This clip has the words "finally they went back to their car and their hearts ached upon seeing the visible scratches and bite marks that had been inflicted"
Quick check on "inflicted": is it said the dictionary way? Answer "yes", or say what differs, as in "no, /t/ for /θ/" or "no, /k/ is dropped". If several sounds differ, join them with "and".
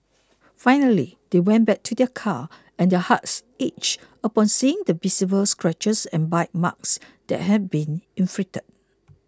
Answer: no, /k/ is dropped